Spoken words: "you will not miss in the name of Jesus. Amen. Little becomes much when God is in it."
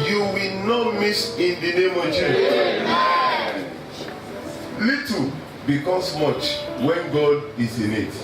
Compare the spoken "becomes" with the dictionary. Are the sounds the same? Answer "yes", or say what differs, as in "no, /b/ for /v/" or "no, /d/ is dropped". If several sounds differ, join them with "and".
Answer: no, /s/ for /z/